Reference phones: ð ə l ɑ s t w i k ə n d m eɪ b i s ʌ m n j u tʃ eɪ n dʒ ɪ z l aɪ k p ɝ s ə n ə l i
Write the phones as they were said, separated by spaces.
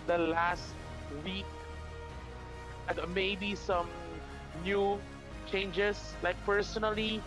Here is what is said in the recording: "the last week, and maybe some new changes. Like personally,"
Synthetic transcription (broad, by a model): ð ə l ɑ s t w i k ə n m eɪ b i s ʌ m n j u tʃ eɪ n dʒ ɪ s l aɪ k p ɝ s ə n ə l i